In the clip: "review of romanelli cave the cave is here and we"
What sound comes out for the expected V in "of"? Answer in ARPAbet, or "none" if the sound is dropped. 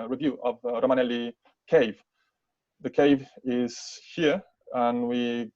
V